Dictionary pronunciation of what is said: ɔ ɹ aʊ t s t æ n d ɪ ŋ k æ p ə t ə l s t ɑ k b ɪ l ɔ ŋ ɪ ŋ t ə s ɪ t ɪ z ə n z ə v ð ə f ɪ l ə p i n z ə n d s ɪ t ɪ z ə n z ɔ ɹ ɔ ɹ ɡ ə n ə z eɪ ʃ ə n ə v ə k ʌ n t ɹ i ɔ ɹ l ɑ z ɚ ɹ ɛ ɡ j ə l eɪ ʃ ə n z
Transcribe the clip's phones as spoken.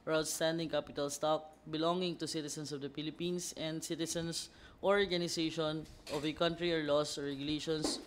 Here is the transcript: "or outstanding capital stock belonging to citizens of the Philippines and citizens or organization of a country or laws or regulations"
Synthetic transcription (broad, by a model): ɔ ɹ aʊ t s t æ n d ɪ ŋ k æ p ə t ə l s t ɑ k b ɪ l ɔ ŋ ɪ ŋ t ə s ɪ t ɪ s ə n s ə v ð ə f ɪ l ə p i n s ə n d s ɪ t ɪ s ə n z ɔ ɹ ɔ ɹ ɡ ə n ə s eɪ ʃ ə n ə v ə k ʌ n t ɹ i ɔ ɹ l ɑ s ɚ ɹ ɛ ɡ j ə l eɪ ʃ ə n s